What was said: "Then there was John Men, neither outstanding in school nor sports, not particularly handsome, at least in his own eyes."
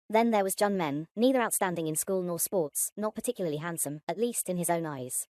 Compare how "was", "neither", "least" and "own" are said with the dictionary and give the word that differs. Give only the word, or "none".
none